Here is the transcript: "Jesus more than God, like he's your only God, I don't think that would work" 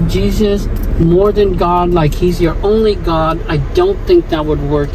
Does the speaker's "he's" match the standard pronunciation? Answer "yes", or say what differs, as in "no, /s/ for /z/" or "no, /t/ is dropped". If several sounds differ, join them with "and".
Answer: yes